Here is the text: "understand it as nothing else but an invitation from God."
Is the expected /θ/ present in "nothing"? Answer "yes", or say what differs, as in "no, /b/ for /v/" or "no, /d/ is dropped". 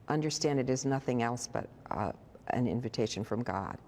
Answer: yes